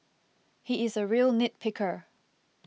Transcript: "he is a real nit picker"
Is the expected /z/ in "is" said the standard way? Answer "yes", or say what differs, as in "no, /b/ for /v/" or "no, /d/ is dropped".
yes